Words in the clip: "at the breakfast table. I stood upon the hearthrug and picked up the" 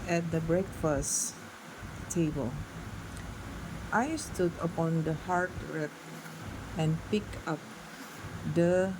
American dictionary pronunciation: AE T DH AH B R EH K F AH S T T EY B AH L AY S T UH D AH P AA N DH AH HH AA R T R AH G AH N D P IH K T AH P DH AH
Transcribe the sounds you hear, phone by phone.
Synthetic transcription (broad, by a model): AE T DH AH B R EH K F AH S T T EY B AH L AY S T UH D AH P AA N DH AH HH AA R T R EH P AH N P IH K AH P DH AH